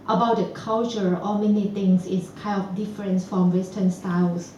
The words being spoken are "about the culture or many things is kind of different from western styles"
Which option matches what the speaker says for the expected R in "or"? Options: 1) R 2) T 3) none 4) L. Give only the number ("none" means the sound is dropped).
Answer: 4